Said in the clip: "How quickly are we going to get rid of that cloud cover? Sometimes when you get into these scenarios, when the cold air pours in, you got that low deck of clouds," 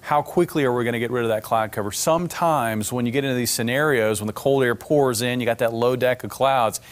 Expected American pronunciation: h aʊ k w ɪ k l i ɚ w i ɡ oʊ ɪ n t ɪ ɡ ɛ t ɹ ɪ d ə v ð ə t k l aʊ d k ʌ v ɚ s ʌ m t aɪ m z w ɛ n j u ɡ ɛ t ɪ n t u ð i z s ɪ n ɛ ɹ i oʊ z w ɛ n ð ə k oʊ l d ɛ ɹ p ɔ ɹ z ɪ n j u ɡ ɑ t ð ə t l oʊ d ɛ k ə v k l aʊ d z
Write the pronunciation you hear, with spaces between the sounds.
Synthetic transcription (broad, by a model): h aʊ k w ɪ k l i ɚ w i ɡ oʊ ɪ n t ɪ ɡ ɛ t ɹ ɪ d ə v ð ə t k l aʊ d k ʌ v ɚ s ʌ m t aɪ m z w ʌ n j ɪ ɡ ɛ t ɪ n t u ð i z s ɪ n ɛ ɹ i oʊ z w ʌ n ð ə k oʊ l d ɛ ɹ p ɔ ɹ z ɪ n j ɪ ɡ ɑ t ð ə t l oʊ d ɛ k ə v k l aʊ d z